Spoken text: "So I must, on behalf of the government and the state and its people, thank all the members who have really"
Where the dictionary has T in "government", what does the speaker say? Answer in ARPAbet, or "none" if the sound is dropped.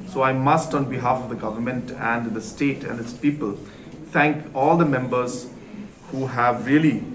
T